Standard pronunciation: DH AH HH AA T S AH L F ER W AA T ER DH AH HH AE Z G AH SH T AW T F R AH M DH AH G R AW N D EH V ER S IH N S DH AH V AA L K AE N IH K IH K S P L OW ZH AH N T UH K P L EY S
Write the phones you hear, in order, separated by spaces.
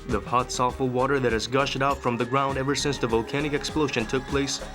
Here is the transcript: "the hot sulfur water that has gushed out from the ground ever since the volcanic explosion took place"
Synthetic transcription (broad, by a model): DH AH HH AA T S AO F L W AA T ER DH AH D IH Z G AH SH T AW T F R AH M DH AH G R AW N D EH V ER S IH N S DH AH V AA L K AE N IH K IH K S P L OW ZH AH N T UH K P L EY S